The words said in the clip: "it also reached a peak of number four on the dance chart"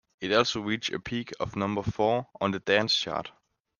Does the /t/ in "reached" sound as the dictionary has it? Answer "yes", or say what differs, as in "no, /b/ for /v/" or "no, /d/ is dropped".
no, /t/ is dropped